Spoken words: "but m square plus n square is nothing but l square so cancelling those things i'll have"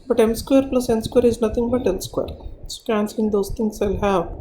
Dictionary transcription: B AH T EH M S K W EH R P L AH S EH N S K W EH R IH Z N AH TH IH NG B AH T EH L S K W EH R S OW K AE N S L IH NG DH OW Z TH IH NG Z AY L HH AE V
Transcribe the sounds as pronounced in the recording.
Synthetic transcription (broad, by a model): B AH T EH M S K W EH R P L AH S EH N S K W EH R IH Z N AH T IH NG B AH T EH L S K W EH R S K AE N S IH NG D OW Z T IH NG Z AY L HH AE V